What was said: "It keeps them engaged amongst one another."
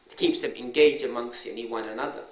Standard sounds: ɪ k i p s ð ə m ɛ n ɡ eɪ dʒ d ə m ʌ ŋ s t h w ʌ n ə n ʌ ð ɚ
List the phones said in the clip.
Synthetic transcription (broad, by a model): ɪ k i p s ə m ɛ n ɡ eɪ dʒ ə m ʌ ŋ s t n w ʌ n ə n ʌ ð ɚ